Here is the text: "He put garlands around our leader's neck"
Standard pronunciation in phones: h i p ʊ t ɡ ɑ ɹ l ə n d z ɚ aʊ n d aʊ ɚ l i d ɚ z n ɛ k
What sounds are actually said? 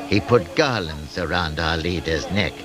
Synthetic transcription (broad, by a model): h i p ʊ t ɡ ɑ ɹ l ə n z ɚ aʊ n d aʊ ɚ l i d ɚ z n ɛ k